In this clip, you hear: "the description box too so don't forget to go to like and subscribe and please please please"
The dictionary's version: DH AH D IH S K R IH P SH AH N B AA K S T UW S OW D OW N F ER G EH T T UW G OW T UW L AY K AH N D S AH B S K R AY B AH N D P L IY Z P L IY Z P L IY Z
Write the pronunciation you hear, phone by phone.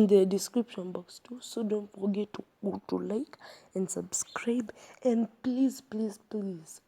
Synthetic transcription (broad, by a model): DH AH D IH S K R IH P SH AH N B AA K S T UW S OW D OW N F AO G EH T T UW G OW T UW L AY K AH N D S AH B S K R AY B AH N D P L IY Z P L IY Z P L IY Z